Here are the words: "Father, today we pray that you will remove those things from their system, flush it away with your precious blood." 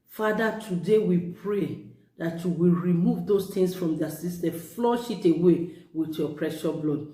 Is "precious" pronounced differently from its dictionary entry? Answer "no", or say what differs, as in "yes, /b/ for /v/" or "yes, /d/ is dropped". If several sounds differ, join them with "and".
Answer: yes, /s/ is dropped